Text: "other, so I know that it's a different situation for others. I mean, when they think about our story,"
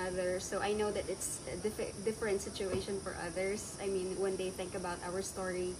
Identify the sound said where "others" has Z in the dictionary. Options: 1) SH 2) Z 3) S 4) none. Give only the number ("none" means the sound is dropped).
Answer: 3